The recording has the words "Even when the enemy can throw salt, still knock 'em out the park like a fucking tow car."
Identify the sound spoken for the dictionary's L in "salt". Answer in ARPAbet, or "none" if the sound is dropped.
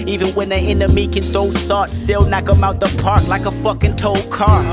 none